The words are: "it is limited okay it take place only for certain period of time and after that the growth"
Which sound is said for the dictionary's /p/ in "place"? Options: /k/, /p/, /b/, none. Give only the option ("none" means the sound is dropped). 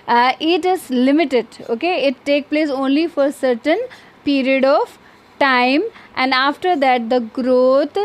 /p/